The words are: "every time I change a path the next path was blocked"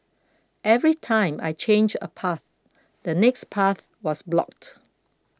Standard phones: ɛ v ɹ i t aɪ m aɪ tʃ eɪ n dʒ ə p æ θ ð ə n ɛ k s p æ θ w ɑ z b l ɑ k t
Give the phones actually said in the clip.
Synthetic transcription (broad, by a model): ɛ v ɹ i t aɪ m aɪ tʃ eɪ n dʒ ə p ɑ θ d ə n ɛ k s p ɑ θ w ɑ s b l ɑ k t